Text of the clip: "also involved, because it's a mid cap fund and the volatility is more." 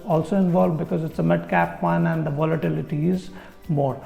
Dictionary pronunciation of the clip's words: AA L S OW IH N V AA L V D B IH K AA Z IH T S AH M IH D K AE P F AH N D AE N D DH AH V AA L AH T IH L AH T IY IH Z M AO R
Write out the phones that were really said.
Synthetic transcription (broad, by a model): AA L S OW IH N V AA L V D B IH K AA Z IH T S AH M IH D K AE P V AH N AE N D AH V AA L AH T IH L AH T IY IH Z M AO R